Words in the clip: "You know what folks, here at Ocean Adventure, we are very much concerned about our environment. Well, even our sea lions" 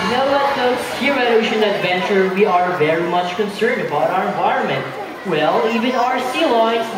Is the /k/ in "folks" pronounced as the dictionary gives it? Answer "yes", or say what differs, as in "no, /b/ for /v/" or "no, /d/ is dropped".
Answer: no, /k/ is dropped